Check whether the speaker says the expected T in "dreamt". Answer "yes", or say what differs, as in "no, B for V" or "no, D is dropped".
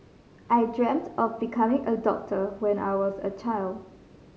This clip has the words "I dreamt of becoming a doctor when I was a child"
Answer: yes